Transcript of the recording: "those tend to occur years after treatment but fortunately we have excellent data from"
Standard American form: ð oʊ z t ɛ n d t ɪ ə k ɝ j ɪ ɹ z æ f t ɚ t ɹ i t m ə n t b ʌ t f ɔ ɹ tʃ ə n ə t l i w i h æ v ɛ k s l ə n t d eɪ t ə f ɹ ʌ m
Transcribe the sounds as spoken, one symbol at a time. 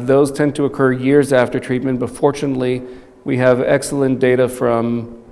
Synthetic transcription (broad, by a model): ð oʊ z t ɛ n t ɪ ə k ɝ j ɪ ɹ z æ f t ɚ t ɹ i t m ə n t b ʌ t f ɔ ɹ tʃ ə n ə t l i w i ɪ v ɛ k s l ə n d eɪ t ə f ɹ ʌ m